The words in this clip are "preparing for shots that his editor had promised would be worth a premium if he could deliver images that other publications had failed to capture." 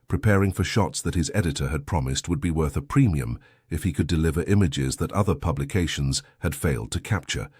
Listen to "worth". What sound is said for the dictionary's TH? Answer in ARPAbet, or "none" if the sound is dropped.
TH